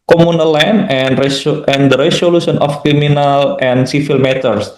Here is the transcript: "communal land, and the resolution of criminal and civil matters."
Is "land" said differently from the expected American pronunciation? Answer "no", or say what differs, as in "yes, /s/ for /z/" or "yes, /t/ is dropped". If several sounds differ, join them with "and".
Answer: yes, /n/ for /l/